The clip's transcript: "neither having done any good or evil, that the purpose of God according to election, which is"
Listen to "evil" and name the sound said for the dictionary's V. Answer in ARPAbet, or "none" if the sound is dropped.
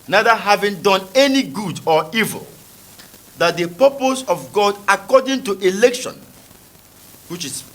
V